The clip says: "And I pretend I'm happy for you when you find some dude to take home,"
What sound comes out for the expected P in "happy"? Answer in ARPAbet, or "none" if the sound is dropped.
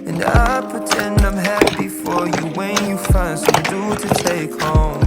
B